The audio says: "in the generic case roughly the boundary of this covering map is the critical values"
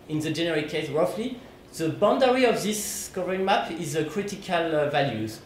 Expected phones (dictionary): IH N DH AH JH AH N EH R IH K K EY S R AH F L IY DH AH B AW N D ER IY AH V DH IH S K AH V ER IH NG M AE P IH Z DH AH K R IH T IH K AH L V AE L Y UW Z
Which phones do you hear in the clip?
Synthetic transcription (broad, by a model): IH N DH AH JH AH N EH R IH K K EY S R AH F L IY DH AH B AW N D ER IY AH V DH IH S K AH V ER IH NG M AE P IH Z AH K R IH T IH K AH L V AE L Y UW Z